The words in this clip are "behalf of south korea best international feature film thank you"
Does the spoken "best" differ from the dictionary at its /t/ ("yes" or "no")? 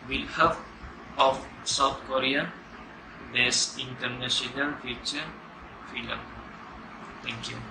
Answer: yes